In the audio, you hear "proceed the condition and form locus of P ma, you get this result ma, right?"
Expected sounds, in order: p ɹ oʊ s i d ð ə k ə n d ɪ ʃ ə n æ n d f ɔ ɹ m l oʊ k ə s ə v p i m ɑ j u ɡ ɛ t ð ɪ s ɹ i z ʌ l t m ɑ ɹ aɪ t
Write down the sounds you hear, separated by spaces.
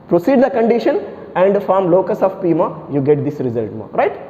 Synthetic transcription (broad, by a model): p ɹ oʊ s i d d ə k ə n d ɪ ʃ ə n æ n d f ɔ ɹ m l oʊ k ə s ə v p i m ɑ j u ɡ ɛ t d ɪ s ɹ i z ʌ l t m ɑ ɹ aɪ t